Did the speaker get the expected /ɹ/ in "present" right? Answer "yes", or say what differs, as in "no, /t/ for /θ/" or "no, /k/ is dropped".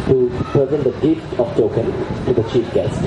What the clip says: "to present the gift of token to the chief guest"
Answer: no, /ɹ/ is dropped